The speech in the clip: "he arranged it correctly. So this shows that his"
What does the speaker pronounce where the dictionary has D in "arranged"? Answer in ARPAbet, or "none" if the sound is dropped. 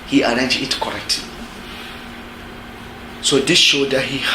none